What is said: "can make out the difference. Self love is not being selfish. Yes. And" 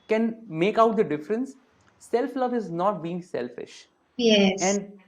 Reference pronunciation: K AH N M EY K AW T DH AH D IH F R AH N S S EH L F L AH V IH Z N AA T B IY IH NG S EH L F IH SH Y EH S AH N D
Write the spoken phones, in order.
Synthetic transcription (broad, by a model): K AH N M EY K AW T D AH D IH F R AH N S S EH L F L AH V IH Z N AA T B IY IH NG S EH L F IH SH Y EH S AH N D